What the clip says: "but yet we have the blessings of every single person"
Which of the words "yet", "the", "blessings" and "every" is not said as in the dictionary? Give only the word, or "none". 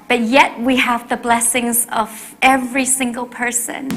none